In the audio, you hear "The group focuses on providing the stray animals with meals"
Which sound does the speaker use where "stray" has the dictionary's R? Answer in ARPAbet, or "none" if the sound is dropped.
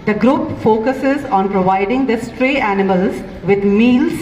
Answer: R